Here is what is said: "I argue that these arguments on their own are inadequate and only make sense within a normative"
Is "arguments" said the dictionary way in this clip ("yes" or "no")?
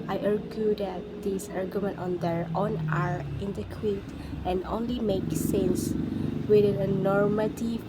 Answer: no